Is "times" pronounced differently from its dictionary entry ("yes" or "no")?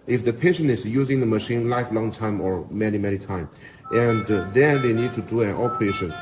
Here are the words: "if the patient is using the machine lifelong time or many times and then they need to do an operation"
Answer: yes